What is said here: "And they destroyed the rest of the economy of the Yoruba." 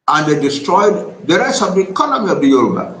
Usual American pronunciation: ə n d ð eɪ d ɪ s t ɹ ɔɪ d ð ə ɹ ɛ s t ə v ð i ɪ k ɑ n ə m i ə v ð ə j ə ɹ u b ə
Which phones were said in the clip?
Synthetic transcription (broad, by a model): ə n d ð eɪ d ɪ s t ɹ ɔɪ d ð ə ɹ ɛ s ə v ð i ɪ k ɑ n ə m i ə v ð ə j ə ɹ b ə